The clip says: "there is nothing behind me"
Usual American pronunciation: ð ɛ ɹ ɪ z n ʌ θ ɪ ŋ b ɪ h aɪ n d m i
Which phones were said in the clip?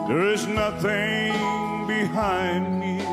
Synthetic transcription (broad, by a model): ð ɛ ɹ ɪ z n ʌ θ ɪ ŋ b ɪ h aɪ n d m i